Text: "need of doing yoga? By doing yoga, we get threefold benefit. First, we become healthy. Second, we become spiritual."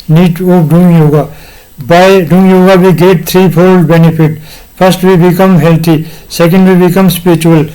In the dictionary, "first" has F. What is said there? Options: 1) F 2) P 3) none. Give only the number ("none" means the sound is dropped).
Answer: 2